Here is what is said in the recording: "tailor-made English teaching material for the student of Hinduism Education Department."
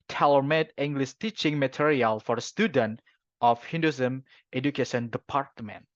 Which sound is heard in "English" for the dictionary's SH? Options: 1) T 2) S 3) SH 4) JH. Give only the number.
2